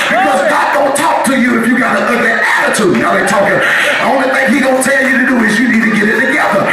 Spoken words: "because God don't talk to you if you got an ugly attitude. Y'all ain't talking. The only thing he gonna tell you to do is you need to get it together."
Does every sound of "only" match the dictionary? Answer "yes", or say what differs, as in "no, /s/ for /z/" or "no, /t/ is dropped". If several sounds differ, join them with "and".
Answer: no, /l/ is dropped